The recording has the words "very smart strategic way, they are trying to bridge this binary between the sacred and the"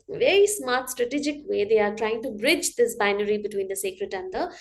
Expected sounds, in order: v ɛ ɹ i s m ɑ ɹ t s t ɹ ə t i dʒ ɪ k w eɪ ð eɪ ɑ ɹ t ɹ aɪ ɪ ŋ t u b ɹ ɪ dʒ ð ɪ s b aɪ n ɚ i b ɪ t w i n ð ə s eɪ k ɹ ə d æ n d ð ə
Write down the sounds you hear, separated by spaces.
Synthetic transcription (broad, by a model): v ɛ ɹ i s m ɑ ɹ t s t ɹ ə t i dʒ ɪ k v eɪ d eɪ ɑ ɹ t ɹ aɪ ɪ ŋ t u b ɹ ɪ dʒ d ɪ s b aɪ n ɚ i b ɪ t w i n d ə s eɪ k ɹ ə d æ n d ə